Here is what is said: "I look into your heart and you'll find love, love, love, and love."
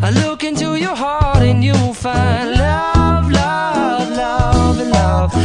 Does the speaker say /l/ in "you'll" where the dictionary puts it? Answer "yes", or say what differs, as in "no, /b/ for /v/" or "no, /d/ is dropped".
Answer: no, /w/ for /l/